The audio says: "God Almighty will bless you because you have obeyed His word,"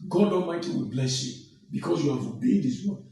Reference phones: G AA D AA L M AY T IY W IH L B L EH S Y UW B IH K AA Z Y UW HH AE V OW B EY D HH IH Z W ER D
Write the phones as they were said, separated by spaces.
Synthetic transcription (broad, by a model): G AA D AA M AY T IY W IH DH B L EH S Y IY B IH K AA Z Y UW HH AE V OW B EY D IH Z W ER